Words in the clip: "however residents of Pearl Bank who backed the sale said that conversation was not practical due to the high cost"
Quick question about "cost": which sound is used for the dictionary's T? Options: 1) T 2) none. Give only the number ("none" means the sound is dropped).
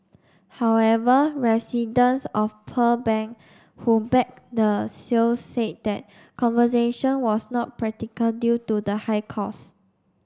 2